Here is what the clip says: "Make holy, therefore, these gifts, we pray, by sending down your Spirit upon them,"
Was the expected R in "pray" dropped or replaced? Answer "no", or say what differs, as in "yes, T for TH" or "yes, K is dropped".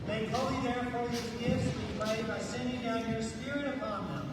yes, L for R